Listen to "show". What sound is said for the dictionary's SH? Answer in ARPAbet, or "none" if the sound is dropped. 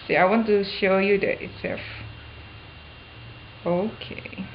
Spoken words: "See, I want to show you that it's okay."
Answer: SH